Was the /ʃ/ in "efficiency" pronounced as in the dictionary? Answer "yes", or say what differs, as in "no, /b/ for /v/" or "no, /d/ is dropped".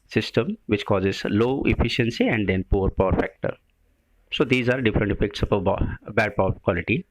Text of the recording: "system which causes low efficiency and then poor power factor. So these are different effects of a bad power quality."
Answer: yes